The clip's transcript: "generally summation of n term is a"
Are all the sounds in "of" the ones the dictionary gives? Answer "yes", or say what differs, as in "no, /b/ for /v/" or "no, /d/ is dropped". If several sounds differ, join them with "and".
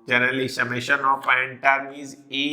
no, /p/ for /v/